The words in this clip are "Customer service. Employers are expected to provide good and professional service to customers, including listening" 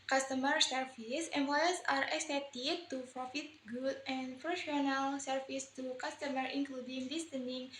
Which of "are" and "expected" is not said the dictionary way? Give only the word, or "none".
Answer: expected